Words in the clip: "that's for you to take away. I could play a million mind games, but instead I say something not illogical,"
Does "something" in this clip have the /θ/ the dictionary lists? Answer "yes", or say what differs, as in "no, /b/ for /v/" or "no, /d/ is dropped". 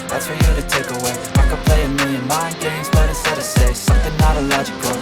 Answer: yes